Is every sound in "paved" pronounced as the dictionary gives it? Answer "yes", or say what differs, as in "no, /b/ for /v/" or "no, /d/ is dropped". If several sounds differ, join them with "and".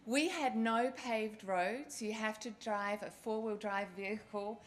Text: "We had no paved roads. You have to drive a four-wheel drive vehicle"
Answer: yes